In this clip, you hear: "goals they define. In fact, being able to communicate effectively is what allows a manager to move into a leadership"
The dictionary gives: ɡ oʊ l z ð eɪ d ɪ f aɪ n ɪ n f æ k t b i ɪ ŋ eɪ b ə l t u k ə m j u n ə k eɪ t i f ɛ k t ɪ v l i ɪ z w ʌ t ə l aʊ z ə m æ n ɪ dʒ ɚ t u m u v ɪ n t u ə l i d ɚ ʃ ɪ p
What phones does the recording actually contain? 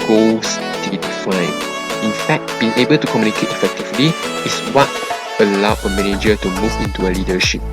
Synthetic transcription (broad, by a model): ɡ oʊ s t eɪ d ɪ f aɪ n ɪ n f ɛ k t b i ɪ ŋ eɪ b ə l t u k ə m j u n ə k eɪ t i f ɛ k t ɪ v l i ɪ s w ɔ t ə l aʊ ə m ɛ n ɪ dʒ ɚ t u m u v ɪ n t u ə l i d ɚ ʃ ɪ p